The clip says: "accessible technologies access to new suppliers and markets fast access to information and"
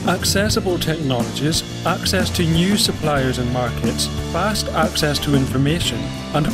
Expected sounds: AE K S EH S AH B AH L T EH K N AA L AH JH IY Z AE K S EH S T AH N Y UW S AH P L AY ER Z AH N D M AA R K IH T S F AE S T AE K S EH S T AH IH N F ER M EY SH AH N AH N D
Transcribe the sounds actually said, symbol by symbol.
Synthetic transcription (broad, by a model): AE K S EH S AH B AH L T EH K N AA L AH JH IY Z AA K S EH S T AH N Y UW S AH P L AY ER Z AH N M AA R K IH T S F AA S T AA K S EH S T AH IH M F ER M EY SH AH N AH N